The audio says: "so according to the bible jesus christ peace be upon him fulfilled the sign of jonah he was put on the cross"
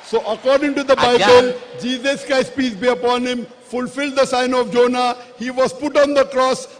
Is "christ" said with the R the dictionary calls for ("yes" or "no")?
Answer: no